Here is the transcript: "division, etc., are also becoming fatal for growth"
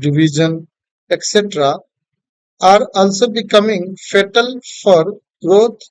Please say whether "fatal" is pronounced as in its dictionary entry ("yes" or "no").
yes